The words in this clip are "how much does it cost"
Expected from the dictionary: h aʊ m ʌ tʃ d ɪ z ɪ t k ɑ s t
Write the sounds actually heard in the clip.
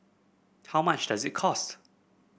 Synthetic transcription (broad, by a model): h aʊ m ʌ tʃ d ɪ z ɪ t k ɑ s t